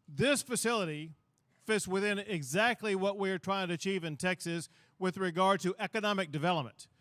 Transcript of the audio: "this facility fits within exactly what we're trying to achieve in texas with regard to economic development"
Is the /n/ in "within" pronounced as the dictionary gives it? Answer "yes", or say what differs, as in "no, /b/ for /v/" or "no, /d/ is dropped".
yes